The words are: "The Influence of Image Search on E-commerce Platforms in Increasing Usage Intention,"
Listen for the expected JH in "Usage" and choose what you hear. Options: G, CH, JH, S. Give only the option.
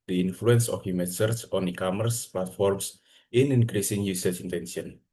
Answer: CH